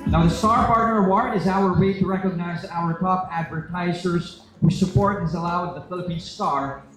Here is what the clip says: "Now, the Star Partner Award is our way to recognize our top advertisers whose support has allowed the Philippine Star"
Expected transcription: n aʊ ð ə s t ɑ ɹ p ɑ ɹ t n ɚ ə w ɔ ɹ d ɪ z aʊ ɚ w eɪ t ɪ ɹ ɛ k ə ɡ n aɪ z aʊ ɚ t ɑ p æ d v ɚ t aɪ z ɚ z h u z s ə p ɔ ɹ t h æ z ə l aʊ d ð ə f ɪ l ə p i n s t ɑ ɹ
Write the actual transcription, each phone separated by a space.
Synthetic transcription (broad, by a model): n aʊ ð ə s t ɑ ɹ p ɑ ɹ t n ɚ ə w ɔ ɹ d ɪ z aʊ ɚ w eɪ t ɪ ɹ ɛ k ə ɡ n aɪ z aʊ ɚ t ɑ p æ d v ɚ t aɪ z ɚ z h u s ə p ɔ ɹ t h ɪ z ə l aʊ d ð ə f ɪ l ə p i n s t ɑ ɹ